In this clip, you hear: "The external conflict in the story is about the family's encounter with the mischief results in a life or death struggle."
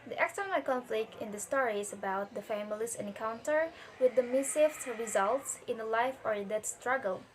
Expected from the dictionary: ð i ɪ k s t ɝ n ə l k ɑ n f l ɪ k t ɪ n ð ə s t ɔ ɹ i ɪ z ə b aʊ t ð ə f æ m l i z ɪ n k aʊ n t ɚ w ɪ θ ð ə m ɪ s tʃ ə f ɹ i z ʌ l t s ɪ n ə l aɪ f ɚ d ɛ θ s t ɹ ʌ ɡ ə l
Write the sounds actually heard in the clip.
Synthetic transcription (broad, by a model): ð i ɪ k s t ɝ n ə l k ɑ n f l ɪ k t ɪ n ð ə s t ɔ ɹ i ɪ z ə b aʊ t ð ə f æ m l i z ɪ n k aʊ n t ɚ w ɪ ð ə m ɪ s ə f ɹ i z ʌ l t s ɪ n ə l aɪ f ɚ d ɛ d s t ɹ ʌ ɡ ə l